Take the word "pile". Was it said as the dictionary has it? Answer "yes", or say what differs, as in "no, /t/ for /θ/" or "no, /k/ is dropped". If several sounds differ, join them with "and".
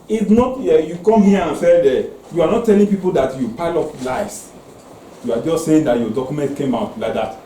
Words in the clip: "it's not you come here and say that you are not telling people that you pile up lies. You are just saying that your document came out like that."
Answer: yes